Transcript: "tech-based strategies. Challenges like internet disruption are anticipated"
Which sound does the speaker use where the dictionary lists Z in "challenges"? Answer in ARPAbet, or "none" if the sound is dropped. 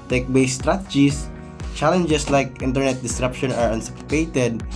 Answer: S